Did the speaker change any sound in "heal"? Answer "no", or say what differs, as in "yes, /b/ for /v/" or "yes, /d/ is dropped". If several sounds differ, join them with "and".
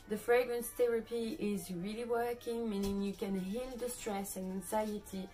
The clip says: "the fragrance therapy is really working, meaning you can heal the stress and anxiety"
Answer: yes, /n/ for /l/